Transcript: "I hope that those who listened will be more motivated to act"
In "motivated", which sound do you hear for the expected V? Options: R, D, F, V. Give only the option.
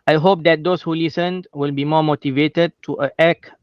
V